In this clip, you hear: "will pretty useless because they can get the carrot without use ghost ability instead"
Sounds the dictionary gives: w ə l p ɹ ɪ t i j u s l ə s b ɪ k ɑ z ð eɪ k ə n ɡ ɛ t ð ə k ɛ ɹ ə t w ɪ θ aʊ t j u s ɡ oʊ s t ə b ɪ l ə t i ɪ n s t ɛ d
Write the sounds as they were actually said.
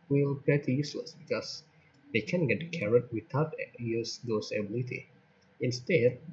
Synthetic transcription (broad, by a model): w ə l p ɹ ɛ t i j u s l ə s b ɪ k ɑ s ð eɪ k ə n ɡ ɛ t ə k ɛ ɹ ə t w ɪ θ aʊ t j u s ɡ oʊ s ə b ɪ l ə t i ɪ n s t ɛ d